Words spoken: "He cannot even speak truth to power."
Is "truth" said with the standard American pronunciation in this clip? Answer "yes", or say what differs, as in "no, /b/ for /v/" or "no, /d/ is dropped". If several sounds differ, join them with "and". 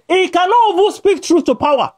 yes